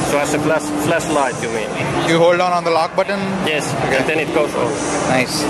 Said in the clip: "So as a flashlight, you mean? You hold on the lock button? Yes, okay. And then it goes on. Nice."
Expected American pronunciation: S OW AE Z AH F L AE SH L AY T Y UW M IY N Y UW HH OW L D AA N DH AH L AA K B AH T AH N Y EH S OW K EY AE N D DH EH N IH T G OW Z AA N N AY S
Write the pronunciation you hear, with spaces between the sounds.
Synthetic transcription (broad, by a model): S OW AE S AH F L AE S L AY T Y UW M IY N Y UW HH OW L D AA N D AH L AA K B AH T AH N Y EH S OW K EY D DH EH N IH T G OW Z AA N N AY S